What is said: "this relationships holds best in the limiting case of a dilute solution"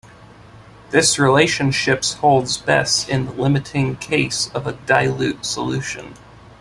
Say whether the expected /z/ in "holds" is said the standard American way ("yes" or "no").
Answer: yes